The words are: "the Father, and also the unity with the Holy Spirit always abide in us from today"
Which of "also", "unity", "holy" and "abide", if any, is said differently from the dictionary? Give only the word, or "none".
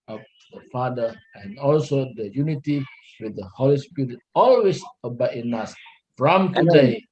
abide